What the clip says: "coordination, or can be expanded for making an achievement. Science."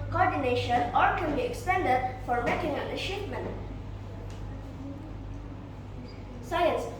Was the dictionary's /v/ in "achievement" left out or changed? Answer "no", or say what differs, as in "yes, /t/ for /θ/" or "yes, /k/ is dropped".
yes, /p/ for /v/